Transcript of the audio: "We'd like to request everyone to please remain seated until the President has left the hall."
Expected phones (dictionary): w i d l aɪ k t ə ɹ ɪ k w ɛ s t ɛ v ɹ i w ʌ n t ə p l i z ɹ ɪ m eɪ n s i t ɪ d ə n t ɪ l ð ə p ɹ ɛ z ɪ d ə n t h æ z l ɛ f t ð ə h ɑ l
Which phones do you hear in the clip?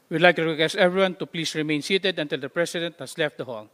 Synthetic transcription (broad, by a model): w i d l aɪ k t ə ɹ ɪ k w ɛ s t ɛ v ɹ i w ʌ n t ə p l i s ɹ ɪ m eɪ n s i t ɪ d ə n t ɪ l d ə p ɹ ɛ s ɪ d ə n t h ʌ s l ɛ f t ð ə h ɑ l